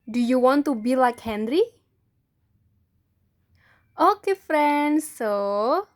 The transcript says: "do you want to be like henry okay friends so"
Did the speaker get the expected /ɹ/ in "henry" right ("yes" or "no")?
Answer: yes